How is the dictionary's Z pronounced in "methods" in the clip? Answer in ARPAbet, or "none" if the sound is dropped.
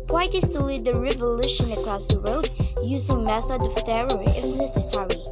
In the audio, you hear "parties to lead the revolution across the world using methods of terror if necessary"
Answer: none